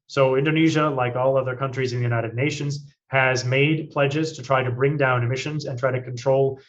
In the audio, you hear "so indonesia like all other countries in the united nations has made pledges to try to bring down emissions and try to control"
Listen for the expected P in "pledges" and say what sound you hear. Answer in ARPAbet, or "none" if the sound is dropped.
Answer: P